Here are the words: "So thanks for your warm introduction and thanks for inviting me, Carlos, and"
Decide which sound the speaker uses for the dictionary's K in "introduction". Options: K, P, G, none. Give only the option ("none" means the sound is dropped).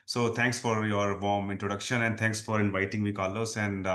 K